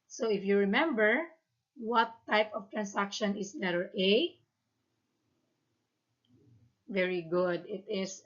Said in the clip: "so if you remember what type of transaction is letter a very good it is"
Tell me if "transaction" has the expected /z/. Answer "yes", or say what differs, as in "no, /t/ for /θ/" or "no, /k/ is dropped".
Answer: no, /s/ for /z/